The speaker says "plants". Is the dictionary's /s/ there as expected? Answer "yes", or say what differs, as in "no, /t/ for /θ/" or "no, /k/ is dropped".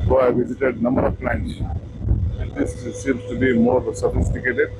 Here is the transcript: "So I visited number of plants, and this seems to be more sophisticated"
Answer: no, /s/ is dropped